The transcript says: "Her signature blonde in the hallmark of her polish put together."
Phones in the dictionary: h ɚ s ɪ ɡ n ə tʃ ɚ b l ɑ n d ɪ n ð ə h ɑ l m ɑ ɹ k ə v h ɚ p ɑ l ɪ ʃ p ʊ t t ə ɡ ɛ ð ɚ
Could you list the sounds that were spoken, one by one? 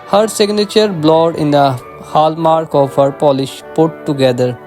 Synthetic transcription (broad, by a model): h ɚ s ɪ ɡ n ə tʃ ɚ b l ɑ d ɪ n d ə h ɑ l m ɑ ɹ k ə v h ɚ p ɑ l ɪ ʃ p ʊ t t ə ɡ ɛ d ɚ